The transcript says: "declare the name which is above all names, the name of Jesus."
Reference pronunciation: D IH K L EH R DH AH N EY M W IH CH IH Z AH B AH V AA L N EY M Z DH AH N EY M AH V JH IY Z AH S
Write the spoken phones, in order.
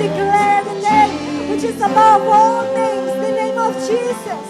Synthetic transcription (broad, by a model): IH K L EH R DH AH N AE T W IH CH IH Z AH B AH W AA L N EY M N DH AH N EY M AH V JH IY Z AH S